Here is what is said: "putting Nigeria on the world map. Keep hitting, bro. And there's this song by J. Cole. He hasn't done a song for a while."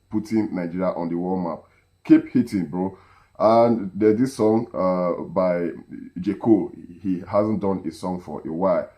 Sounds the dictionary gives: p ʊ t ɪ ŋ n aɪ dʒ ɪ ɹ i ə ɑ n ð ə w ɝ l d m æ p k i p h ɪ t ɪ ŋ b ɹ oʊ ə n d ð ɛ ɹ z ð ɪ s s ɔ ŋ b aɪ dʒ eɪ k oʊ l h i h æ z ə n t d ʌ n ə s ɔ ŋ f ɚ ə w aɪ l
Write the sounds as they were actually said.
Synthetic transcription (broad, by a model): p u t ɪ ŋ n aɪ dʒ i ɹ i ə ɑ n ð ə w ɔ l m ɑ p k i p h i t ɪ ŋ b ɹ oʊ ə n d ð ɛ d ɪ s s ɔ ŋ b aɪ dʒ eɪ k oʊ h i h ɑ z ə n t d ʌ n ə s ɔ ŋ f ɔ ə w aɪ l